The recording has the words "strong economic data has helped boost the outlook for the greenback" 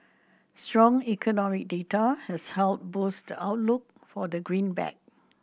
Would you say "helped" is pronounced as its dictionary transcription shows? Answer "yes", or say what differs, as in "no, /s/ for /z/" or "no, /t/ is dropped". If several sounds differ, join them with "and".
no, /p/ is dropped